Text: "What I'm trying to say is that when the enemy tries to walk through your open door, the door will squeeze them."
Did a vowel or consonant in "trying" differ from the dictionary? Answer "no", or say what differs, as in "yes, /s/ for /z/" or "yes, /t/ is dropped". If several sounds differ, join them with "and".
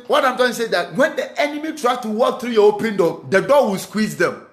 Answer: yes, /ɹ/ is dropped